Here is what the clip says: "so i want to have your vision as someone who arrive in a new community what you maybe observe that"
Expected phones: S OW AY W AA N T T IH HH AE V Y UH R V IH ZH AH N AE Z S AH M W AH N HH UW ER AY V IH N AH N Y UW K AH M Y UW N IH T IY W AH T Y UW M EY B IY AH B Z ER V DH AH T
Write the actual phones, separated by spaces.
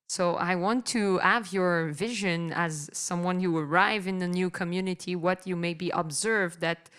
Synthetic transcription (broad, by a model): S OW AY W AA N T T IH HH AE V Y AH R V IH ZH AH N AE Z S AH M W AH N HH UW ER AY V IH N AH N Y UW K AH M Y UW N IH T IY W AH T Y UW M EY B IY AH B Z ER V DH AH T